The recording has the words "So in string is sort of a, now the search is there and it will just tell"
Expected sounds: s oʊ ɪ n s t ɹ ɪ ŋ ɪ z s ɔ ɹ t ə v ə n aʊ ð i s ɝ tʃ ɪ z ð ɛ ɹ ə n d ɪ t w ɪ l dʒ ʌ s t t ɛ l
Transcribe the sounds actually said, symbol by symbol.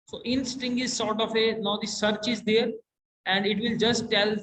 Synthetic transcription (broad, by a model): s oʊ ɪ n s t ɪ ŋ ɪ z s ɔ ɹ t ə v ə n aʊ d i s ɝ tʃ ɪ z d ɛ ɹ ə n d ɪ t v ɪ l dʒ ʌ s t t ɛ l